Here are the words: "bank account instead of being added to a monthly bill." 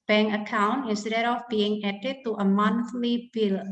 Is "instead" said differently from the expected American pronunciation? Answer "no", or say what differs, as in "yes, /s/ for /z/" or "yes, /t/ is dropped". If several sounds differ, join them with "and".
yes, /n/ is dropped